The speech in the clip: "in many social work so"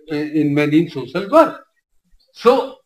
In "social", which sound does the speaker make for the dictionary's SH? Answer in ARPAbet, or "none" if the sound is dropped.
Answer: S